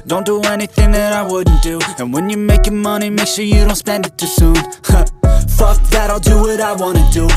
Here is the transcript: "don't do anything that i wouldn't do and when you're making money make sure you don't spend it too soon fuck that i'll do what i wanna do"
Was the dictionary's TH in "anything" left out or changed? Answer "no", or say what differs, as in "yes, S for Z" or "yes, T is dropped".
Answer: no